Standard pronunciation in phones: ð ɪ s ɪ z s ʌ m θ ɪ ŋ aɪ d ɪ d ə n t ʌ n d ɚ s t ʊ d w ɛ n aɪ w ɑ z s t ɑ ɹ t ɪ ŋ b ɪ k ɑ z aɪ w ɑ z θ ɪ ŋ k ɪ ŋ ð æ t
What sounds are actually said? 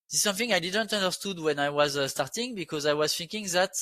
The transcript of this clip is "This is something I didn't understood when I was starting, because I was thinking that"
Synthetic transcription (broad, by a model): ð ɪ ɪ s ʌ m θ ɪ ŋ aɪ d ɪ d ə n t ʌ n d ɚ s t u d w ɛ n aɪ w ɑ z s t ɑ ɹ t ɪ ŋ b ɪ k ɑ z aɪ w ɑ z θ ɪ ŋ k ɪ ŋ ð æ t